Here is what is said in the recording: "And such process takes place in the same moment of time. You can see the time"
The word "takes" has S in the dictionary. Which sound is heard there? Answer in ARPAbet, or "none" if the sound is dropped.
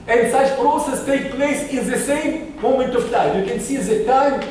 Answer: none